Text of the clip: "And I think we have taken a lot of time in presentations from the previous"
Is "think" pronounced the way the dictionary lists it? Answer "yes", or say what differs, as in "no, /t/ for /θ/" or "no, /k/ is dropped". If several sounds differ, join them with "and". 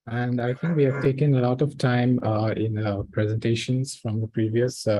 no, /t/ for /θ/